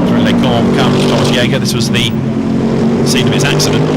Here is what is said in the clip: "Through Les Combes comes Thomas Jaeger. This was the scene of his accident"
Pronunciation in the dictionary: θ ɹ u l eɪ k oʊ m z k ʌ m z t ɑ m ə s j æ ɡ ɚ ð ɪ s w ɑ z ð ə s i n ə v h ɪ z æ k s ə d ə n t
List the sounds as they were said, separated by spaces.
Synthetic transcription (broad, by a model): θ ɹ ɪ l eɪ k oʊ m k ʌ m t ɑ m ə s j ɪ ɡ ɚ ð ɪ s w ɑ z ð ə s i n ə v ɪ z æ k s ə d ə n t